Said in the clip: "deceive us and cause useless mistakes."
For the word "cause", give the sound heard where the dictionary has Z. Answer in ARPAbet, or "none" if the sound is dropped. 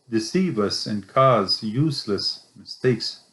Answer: Z